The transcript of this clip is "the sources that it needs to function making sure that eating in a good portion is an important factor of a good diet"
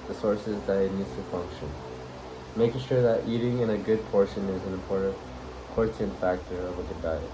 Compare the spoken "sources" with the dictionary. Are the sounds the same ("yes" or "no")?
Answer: yes